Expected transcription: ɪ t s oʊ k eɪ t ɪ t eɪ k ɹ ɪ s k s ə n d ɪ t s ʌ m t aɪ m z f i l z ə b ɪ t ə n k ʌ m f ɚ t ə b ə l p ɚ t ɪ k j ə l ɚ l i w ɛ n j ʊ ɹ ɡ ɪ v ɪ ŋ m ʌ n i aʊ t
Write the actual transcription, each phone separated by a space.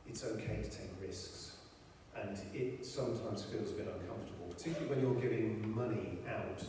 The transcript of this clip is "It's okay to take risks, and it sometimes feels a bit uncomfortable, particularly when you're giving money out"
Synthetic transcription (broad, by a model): ɪ t s oʊ k eɪ t ɪ t eɪ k ɹ ɪ s k s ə n ɪ t s ʌ m t aɪ m z f i l z ə b ɪ t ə n k ʌ m f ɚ t ə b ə l p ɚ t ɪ k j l l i w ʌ n j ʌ ɹ ɡ ɪ v ɪ ŋ m ʌ n i aʊ t